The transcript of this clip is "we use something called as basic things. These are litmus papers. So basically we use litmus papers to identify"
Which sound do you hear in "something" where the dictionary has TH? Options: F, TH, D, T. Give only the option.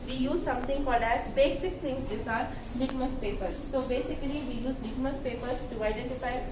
T